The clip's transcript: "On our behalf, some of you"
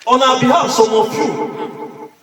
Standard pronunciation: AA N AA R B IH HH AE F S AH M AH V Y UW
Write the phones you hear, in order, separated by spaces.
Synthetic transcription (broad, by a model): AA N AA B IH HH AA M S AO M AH F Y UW